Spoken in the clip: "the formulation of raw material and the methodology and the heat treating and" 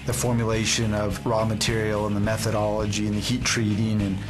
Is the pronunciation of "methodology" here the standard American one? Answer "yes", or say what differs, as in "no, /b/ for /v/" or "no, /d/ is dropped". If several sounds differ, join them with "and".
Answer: yes